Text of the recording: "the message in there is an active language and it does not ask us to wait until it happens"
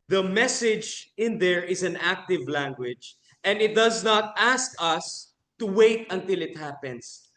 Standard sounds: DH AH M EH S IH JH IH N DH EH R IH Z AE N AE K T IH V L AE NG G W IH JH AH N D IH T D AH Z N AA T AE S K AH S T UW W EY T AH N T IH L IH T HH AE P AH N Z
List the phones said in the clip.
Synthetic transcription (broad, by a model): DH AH M EH S IH JH IH N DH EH R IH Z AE N AE K T IH V L AE NG G W IH JH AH N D IH T D AH Z N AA T AE S K AH S T UW W EY T AH N T IH L IH T HH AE P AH N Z